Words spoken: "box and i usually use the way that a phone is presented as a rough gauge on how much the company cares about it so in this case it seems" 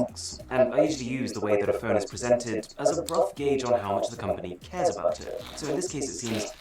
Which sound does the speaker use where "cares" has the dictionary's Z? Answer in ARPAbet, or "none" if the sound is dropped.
Z